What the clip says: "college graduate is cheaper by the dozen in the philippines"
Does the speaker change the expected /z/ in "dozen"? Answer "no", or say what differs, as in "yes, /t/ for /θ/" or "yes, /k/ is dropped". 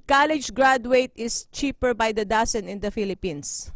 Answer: yes, /s/ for /z/